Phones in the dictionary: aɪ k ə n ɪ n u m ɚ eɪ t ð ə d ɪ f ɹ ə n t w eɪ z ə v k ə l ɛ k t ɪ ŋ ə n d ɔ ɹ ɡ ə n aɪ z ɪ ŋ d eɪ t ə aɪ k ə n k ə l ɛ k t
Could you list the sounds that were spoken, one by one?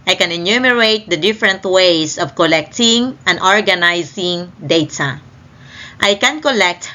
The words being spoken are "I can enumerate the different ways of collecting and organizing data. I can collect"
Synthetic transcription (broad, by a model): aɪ k ə n ɪ n u m ɚ eɪ t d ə d ɪ f ɹ ə n t w eɪ s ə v k ə l ɛ k t ɪ ŋ ə n d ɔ ɹ ɡ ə n aɪ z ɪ ŋ d eɪ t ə aɪ k ə n k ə l ɛ k t